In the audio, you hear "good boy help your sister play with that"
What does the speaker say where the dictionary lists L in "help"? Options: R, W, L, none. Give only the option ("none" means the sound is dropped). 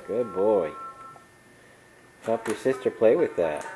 none